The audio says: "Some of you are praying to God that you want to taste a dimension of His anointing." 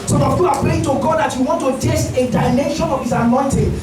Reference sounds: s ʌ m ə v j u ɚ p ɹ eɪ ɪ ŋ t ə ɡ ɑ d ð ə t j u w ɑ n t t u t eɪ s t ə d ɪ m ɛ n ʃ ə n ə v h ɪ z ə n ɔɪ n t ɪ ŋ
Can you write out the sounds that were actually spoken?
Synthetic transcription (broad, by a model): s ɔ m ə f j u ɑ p l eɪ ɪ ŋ t ə ɡ ɑ d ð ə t j u w ɑ n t t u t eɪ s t ə d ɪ m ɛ n ʃ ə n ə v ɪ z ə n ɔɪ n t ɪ